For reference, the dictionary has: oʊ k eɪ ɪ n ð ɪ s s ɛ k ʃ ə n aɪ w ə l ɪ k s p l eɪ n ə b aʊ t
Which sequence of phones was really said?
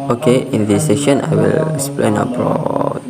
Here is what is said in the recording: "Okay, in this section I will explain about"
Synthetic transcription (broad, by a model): oʊ k eɪ ɪ n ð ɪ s s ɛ ʃ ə n aɪ w ə l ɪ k s p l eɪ n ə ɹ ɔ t